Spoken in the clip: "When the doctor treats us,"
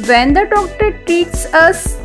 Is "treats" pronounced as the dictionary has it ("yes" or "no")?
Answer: no